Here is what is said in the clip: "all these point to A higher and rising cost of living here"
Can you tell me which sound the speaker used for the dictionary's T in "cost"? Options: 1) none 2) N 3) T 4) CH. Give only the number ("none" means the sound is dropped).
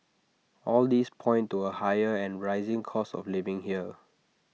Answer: 1